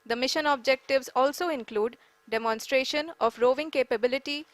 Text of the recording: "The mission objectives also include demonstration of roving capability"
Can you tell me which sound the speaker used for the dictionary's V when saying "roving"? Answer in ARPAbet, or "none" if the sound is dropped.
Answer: V